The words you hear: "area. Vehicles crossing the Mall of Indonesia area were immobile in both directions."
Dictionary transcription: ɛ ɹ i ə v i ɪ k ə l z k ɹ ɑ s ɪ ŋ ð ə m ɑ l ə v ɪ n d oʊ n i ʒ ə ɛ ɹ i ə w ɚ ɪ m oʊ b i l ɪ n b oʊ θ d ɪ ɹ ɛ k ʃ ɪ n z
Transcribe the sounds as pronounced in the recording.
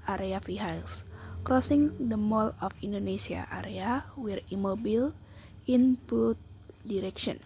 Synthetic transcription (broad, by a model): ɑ ɹ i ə f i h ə l s k ɹ ɑ s ɪ ŋ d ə m ɑ l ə f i n d oʊ n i s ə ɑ ɹ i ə w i ɪ m oʊ b i l ɪ n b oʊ t d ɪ ɹ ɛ k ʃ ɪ n